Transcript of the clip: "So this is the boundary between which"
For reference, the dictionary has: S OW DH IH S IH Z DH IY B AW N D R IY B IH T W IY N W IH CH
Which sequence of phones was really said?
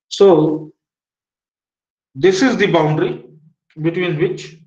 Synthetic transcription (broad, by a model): S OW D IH S IH Z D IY B AW N D R IY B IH T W IY N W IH CH